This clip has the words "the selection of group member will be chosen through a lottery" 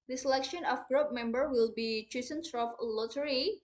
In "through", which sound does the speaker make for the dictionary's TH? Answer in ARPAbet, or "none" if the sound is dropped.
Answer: S